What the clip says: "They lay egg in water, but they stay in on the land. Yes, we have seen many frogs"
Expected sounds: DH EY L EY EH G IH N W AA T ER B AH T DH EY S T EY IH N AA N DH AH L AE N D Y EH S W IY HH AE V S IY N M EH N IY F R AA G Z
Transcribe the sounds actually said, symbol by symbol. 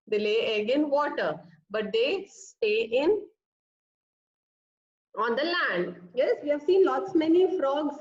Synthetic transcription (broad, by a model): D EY L EY EH G IH N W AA T ER B AH T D EY S T EY IH N AA N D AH L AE N D Y EH S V IY HH AE V S IY N M EH N IY F R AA G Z